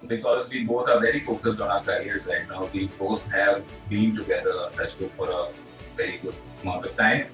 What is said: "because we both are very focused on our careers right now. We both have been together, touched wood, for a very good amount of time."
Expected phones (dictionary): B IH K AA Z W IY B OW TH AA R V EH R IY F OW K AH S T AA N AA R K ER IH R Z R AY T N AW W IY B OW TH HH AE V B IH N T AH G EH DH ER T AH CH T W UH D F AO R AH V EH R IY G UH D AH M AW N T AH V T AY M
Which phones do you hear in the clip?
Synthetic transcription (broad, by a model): B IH K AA Z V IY B OW T AA R V EH R IY F OW K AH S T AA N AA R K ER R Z L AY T N AW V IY B OW T HH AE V B IH N T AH G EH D ER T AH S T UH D F AO R AH V EH R IY G UH D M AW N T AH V T AY M